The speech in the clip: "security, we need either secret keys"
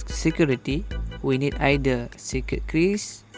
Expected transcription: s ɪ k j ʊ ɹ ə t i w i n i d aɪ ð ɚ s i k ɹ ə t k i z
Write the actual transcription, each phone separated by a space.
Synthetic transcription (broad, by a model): s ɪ k j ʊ ɹ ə t i w i n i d aɪ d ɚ s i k ə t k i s